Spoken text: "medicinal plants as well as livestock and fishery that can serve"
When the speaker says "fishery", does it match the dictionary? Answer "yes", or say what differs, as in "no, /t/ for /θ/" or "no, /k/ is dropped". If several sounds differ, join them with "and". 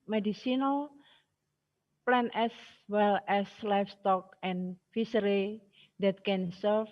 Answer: no, /s/ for /ʃ/